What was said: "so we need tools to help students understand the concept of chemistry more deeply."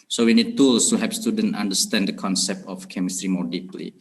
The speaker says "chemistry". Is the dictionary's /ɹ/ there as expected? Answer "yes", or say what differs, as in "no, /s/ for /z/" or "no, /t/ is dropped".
yes